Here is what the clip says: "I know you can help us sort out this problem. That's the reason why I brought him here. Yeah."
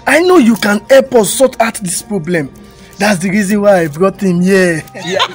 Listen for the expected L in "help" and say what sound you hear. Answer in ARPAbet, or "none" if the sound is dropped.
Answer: none